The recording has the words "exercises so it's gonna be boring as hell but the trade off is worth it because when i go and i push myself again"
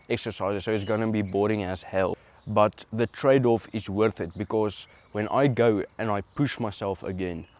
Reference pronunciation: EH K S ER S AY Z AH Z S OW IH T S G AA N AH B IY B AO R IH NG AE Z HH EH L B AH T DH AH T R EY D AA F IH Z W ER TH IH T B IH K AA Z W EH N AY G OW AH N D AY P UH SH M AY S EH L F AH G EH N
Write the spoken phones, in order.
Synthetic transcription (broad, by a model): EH K S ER S AY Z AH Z S OW IH T S G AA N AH B IY B AO R IH NG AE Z HH EH L B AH T DH AH T R EY D AA F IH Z W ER TH IH T B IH K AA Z W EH N AY G OW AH N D AY P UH SH M AY S EH L F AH G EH N